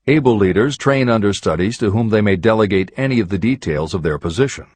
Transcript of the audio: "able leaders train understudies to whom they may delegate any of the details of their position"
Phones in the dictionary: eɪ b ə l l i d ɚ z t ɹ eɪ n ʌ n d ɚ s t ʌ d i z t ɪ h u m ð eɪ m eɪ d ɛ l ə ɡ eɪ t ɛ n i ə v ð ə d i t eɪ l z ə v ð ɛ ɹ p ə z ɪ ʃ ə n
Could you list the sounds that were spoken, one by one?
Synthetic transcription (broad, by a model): eɪ b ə l l i d ɚ z t ɹ eɪ n ʌ n d ɚ s t ʌ d i z t ɪ h u m ð eɪ m eɪ d ɛ l ə ɡ eɪ t ɛ n i ə v ð ə d i t eɪ l z ə v ð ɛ ɹ p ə z ɪ ʃ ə n